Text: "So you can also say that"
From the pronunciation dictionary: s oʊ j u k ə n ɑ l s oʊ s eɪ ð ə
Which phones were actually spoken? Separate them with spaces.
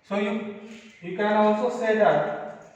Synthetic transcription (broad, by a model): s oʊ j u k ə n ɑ s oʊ s eɪ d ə